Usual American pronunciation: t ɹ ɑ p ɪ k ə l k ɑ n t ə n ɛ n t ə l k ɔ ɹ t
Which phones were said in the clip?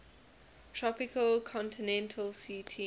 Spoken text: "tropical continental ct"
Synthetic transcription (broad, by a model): t ɹ ɑ p ɪ k ə l k ɑ n t ə n ɛ n t ə l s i t